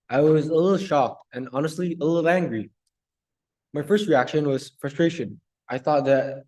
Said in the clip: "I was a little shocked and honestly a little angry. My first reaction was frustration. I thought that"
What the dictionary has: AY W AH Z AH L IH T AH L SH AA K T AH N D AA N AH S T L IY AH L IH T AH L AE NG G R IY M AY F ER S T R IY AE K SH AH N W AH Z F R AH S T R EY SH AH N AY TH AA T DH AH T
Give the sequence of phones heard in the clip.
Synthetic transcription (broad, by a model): AY W AH Z AH L IH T L SH AA K T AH N AA N AH S T L IY AH L IH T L AE NG G R IY M AY F ER S T R IY AE K SH AH N W AH Z F R AH S T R EY SH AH N AY TH AA T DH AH T